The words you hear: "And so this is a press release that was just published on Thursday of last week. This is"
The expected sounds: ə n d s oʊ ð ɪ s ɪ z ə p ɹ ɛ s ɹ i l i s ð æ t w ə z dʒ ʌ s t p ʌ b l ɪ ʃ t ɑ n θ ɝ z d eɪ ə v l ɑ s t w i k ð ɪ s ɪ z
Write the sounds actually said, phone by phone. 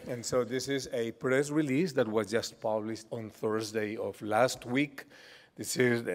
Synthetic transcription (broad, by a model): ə n s oʊ ð ɪ s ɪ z ə p ɹ ɛ s ɹ i l i s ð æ t w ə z dʒ ʌ s t p ʌ b l ɪ ʃ t ɑ n θ ɝ z d eɪ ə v l ɑ s t w i k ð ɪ s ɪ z